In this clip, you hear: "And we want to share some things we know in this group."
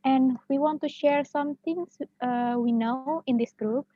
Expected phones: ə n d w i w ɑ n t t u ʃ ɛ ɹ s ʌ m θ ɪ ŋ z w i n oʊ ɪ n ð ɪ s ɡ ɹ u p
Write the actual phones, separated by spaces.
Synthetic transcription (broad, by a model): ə n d w i w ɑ n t t u ʃ ɛ ɹ s ʌ m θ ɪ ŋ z w i n oʊ ɪ n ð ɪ s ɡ ɹ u p